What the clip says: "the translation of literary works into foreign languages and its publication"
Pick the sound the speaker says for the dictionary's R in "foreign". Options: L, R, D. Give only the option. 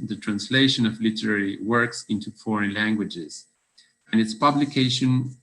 R